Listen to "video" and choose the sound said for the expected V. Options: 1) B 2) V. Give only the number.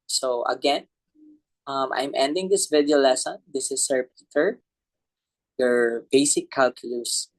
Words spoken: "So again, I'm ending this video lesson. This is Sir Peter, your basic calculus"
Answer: 2